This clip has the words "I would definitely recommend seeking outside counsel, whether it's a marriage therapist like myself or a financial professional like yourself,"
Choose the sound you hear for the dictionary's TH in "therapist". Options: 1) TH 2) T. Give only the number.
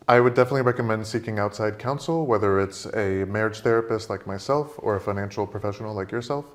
1